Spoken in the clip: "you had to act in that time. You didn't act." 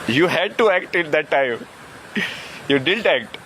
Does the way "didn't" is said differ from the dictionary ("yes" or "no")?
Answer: yes